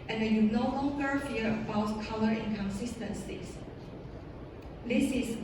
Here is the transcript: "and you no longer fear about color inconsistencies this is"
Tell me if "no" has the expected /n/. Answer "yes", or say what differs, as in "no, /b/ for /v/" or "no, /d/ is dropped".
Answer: yes